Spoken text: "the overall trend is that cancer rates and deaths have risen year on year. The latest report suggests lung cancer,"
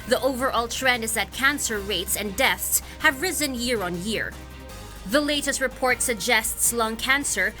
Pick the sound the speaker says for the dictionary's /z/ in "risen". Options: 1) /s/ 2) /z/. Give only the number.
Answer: 2